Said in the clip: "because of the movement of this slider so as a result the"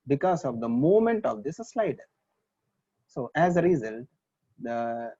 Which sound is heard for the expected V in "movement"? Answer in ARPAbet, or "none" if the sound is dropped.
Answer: none